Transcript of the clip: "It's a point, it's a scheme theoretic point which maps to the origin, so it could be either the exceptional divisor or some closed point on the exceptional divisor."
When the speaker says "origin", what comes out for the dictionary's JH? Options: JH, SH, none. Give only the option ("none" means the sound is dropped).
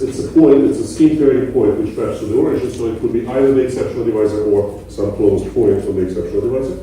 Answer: SH